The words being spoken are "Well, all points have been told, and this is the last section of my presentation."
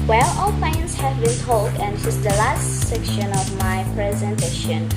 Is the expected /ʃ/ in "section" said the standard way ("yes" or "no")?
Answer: yes